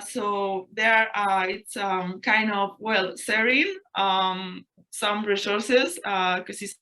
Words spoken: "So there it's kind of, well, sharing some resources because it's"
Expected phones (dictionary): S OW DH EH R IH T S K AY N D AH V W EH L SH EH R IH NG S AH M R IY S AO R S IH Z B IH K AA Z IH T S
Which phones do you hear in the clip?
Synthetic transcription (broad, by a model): S OW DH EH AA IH T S K AY N D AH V W EH L S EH R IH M S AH M R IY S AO R S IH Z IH K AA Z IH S